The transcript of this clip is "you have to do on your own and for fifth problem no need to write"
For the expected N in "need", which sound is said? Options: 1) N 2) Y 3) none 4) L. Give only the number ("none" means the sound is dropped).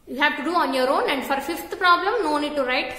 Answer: 1